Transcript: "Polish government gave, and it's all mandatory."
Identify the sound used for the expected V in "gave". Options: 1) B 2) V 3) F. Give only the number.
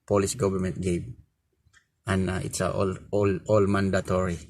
1